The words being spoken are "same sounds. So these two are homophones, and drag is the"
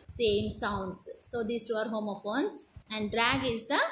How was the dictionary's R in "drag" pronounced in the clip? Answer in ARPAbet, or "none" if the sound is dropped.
R